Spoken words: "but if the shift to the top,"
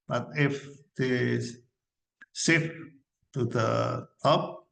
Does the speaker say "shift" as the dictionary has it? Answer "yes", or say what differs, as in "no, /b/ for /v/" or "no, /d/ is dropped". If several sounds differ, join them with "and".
no, /s/ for /ʃ/